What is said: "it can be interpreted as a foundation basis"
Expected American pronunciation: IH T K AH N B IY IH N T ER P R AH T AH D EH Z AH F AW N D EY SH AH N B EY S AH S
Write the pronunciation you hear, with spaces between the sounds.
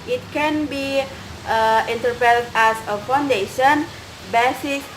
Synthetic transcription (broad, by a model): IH T K AH N B IY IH N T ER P AH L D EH S AH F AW N D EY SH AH N B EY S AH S